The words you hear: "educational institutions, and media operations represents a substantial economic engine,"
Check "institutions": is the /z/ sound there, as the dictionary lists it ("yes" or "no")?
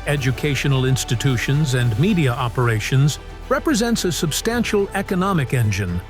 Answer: yes